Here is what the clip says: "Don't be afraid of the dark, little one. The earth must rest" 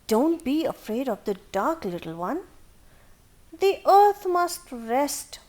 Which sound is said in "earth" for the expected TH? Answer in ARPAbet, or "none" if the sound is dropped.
T